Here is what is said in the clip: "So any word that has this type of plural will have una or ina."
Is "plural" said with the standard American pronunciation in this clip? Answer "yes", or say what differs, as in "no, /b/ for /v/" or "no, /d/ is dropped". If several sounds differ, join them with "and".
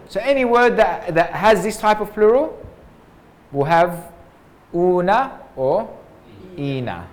yes